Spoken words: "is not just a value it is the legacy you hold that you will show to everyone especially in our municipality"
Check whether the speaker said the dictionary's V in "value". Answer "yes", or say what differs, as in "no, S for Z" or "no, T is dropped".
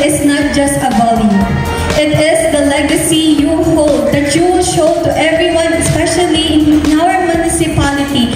no, B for V